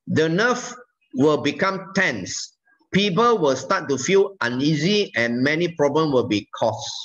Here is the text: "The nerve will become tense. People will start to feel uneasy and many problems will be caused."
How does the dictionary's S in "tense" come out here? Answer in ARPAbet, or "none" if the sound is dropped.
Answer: S